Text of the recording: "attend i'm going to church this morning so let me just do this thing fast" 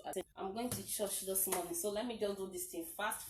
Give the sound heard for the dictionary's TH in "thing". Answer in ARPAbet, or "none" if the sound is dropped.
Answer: T